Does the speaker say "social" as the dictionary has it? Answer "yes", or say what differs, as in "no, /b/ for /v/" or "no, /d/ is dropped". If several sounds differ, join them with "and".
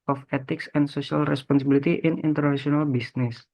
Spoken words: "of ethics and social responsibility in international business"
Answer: no, /s/ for /ʃ/